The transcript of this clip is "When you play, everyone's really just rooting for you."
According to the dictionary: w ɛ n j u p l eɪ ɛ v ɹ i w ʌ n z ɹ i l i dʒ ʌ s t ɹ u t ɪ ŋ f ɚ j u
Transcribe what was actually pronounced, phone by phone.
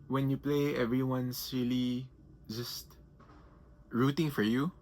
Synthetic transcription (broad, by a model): w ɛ n j u p l eɪ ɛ v ɹ i w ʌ n s ɹ i l i dʒ ʌ s t ɹ u t ɪ ŋ f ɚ j u